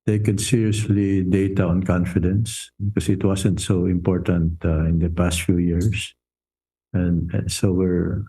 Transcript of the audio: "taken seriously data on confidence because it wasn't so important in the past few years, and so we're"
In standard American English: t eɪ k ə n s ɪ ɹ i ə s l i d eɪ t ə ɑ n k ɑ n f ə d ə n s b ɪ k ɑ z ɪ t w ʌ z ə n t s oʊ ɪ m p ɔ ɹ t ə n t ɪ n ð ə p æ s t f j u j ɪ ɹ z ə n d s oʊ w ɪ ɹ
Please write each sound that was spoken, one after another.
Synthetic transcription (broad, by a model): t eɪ k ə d s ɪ ɹ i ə s l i d eɪ t ə ɑ n k ɑ n f ə d ə n s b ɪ k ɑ s ɪ t w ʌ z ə n t s oʊ ɪ m p ɔ ɹ t ə n t ɪ n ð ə p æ s t f j u j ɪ ɹ s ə n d s oʊ w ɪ ɹ